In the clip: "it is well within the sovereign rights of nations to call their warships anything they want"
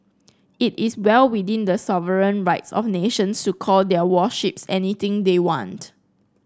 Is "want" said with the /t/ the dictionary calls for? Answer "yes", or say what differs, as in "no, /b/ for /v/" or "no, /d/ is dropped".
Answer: yes